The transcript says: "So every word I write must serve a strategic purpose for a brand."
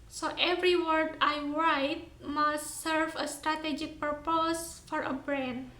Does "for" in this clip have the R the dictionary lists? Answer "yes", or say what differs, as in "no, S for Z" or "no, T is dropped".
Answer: yes